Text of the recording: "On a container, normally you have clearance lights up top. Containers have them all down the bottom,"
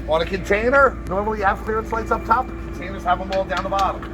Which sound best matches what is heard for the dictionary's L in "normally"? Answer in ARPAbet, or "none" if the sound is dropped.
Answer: L